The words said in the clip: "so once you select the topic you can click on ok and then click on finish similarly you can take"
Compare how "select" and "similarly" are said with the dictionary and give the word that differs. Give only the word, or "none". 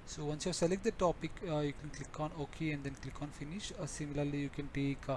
none